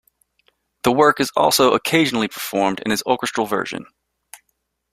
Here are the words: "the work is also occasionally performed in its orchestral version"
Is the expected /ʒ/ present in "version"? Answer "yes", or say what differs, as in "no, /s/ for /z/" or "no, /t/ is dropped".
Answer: yes